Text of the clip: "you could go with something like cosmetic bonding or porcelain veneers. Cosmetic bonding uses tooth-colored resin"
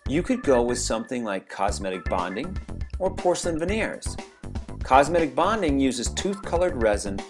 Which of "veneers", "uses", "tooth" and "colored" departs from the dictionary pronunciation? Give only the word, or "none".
none